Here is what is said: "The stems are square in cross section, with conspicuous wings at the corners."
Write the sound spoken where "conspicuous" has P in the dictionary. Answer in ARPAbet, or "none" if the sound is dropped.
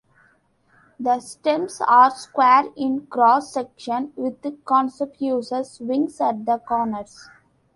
none